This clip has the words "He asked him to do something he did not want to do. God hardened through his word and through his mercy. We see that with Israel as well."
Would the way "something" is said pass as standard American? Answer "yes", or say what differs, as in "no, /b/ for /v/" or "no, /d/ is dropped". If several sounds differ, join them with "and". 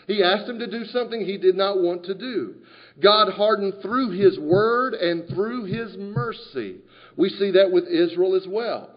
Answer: yes